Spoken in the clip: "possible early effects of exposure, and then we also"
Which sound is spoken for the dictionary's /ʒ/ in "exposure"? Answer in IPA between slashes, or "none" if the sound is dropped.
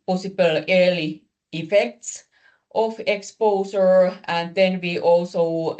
/s/